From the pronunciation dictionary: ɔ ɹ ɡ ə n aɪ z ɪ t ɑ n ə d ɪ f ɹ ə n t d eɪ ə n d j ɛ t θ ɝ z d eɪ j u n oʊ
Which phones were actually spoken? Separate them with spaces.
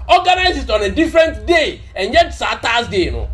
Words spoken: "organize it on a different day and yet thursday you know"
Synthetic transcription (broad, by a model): ɔ ɡ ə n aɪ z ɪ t ɑ n ə d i f ɹ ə n t d eɪ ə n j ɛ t s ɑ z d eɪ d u